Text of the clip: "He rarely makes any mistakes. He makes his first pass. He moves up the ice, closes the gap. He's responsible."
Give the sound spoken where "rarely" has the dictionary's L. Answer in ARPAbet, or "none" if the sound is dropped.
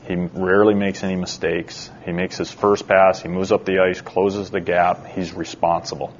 L